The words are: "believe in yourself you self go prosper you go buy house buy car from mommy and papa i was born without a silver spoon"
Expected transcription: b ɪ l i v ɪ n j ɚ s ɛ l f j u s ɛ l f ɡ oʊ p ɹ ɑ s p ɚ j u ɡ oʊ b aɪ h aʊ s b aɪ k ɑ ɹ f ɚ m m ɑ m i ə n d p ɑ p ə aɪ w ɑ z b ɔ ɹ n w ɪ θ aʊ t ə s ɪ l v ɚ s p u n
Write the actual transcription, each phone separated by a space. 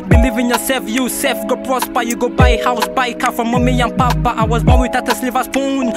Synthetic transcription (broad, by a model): b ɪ l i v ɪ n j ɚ s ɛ f j u s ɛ f ɡ oʊ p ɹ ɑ s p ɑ j u ɡ oʊ b aɪ h aʊ s b aɪ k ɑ f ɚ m m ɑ m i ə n p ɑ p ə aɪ w ɑ z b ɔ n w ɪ t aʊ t ə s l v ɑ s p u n